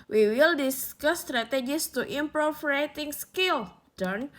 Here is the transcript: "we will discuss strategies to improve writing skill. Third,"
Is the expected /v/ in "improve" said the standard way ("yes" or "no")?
no